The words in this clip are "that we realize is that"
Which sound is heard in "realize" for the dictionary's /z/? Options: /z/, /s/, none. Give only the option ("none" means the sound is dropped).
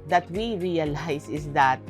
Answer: /s/